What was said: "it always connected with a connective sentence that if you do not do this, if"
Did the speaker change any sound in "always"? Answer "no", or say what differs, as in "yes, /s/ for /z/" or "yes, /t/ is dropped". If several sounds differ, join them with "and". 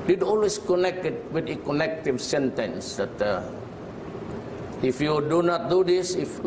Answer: yes, /s/ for /z/